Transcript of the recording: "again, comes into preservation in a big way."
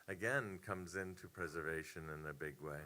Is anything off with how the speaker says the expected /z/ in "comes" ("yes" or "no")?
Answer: no